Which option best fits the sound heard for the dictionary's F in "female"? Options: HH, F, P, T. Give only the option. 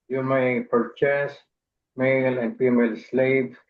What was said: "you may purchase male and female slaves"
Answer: P